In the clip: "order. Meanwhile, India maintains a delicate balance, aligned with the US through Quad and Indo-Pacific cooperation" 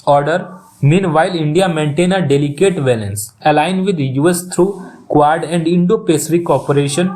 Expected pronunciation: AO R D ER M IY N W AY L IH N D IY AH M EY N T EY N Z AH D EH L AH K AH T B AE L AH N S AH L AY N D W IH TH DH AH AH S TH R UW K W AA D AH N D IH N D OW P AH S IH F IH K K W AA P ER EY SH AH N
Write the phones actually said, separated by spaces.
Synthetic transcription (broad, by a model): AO R D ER M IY N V AY L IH N D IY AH M EY N T EY N AH D EH L AH K AH T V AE L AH N S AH L AY N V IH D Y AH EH S T R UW K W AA D AH N D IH N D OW P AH S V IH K K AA P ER EY SH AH N